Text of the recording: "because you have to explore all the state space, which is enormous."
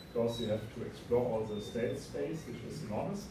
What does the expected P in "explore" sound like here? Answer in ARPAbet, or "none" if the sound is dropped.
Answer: P